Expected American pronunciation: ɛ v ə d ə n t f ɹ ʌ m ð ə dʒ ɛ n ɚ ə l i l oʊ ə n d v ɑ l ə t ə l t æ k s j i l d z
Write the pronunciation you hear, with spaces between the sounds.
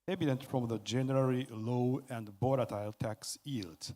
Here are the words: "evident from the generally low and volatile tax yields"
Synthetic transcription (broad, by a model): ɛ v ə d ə n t f ɹ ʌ m ð ə dʒ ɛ n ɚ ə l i l oʊ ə n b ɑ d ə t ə l t æ k s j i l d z